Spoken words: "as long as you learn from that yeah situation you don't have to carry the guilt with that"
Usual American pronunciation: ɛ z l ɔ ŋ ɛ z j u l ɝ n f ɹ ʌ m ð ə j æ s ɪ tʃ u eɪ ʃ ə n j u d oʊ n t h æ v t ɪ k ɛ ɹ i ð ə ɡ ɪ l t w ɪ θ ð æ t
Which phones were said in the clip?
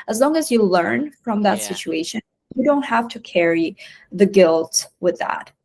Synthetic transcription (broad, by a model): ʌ z l ɔ ŋ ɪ z j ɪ l ɝ n f ɹ ʌ m ð ə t s ɪ tʃ u eɪ ʃ ə n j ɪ d oʊ n t h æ f t ɪ k ɛ ɹ i ð ə ɡ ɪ l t w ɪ ð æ t